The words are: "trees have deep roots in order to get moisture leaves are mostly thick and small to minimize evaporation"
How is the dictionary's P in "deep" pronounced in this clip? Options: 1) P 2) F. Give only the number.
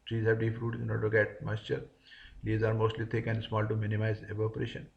2